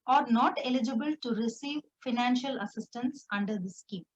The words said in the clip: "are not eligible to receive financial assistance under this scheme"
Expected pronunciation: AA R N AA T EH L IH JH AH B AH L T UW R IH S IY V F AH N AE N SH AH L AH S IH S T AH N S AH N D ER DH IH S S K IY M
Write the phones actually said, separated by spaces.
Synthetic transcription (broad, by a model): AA R N AA T EH L IH JH AH B AH L T UW R IH S IY V F AH N AE N SH AH L AH S IH S T AH N S AH N D ER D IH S S K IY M